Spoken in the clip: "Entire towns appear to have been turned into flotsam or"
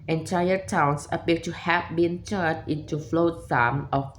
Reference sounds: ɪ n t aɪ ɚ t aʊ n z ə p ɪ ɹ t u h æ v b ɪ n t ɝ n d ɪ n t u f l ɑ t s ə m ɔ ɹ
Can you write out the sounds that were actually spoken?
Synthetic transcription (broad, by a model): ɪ n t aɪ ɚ t aʊ n s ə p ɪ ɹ t u h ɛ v b ɪ n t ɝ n ɪ n t u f l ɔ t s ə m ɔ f